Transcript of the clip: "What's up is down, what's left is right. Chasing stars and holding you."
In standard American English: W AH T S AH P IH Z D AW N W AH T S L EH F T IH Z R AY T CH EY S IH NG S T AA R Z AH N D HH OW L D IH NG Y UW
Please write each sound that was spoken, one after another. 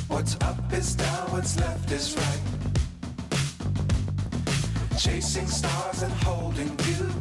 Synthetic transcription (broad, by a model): W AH T S AH P IH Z D AW N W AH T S L EH F T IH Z R AY T CH EY S IH NG S T AA R Z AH N HH OW L D IH NG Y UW